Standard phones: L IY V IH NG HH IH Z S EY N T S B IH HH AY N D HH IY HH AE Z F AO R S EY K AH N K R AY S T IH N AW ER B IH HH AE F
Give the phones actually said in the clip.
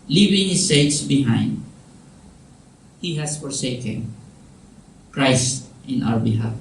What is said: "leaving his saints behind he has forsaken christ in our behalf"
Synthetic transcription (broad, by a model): L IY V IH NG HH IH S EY T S B IH HH AY N D HH IY HH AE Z F AO R S EY K AH N K R AY S T IH N AW ER B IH HH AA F